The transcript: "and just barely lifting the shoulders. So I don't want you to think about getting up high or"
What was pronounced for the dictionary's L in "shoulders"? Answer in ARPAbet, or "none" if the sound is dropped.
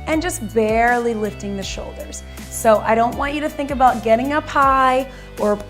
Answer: L